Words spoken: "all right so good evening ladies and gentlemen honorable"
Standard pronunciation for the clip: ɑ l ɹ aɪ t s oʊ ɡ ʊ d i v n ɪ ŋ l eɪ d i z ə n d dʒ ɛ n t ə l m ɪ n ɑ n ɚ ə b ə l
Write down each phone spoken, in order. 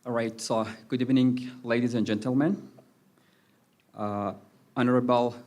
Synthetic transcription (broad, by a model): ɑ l ɹ aɪ t s oʊ ɡ ʊ d i v n ɪ ŋ l eɪ d i z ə n dʒ ɛ n t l m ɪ n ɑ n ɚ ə b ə l